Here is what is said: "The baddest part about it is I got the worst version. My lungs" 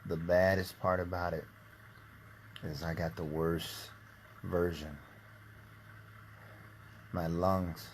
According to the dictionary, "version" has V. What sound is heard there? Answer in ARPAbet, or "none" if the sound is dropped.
V